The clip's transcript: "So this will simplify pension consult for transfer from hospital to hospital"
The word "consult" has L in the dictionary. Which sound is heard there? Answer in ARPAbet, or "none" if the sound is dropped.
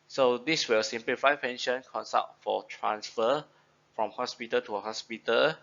none